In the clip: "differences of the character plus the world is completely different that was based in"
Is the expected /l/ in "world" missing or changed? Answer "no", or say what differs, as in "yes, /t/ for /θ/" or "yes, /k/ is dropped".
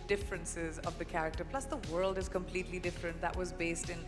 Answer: no